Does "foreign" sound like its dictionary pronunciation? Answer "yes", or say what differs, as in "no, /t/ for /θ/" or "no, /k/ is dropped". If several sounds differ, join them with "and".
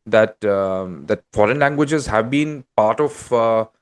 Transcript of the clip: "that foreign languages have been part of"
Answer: yes